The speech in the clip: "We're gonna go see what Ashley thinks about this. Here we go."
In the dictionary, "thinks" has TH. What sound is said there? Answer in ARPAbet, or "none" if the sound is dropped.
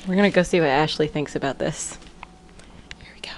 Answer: TH